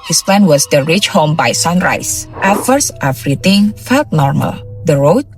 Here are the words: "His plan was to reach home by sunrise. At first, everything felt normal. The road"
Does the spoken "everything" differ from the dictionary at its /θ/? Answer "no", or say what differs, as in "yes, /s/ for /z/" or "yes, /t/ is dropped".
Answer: yes, /t/ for /θ/